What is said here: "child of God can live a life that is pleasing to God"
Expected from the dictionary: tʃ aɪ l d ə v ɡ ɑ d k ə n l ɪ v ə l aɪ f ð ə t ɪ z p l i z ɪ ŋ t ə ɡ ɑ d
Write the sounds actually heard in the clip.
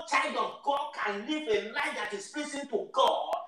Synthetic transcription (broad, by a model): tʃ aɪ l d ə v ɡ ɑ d k ə n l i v ə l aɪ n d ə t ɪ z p i s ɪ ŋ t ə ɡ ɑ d